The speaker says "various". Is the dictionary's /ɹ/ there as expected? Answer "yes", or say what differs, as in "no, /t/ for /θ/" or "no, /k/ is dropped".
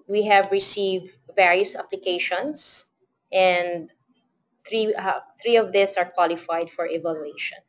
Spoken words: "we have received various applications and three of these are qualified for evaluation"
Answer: yes